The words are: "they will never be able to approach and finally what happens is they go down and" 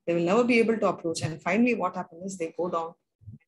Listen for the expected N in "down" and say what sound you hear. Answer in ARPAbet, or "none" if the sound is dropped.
none